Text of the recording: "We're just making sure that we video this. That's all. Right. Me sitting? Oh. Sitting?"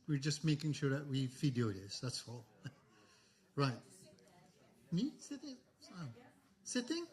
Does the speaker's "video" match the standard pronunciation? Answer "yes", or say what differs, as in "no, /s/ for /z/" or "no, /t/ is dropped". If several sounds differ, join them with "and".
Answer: no, /f/ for /v/